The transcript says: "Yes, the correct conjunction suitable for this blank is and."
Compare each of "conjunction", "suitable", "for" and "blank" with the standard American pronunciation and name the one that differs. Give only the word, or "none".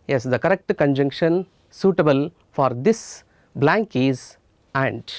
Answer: none